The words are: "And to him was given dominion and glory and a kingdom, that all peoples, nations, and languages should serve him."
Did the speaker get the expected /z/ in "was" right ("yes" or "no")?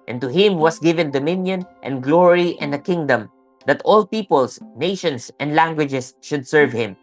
no